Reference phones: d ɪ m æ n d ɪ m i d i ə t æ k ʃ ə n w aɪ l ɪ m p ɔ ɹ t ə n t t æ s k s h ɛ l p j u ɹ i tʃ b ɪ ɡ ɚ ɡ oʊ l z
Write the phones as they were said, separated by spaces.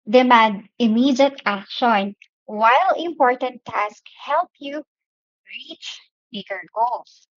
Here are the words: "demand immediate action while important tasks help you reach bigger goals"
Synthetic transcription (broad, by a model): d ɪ m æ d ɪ m i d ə t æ k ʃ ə n w aɪ l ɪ m p ɔ ɹ t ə n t t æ s k h ɛ l p j u ɹ i tʃ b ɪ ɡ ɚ ɡ oʊ l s